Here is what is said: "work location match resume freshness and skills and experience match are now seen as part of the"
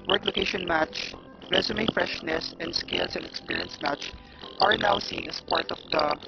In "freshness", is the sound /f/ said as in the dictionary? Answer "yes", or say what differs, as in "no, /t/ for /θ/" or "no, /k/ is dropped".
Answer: yes